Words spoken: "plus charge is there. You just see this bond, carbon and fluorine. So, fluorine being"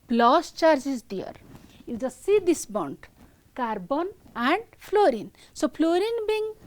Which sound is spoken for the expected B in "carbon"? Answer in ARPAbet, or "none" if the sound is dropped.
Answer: B